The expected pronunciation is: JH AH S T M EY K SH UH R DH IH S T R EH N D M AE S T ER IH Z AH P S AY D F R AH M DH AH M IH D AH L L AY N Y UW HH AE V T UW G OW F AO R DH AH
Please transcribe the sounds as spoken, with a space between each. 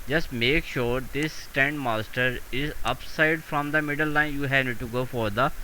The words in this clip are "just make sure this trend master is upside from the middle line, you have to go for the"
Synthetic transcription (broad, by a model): JH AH S T M EY K SH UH R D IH S T EH N D M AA S T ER IH Z AH P S AY D F R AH M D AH M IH D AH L L AY N Y UW HH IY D T UW G OW F AO R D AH